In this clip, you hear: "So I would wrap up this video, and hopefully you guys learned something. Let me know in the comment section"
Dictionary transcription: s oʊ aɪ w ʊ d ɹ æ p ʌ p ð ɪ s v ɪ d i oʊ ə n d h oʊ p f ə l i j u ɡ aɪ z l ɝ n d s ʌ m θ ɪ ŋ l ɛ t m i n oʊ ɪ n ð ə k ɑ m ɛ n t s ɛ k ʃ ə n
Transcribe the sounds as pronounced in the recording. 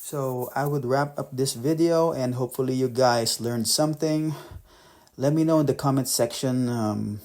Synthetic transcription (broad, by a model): s oʊ aɪ w ʊ d ɹ æ p ʌ p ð ɪ s v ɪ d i oʊ ə n d h oʊ p f ə l i j u ɡ aɪ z l ɝ n d s ʌ m θ ɪ ŋ l ɛ t m i n oʊ ɪ n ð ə k ɑ m ɛ n t s ɛ k ʃ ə n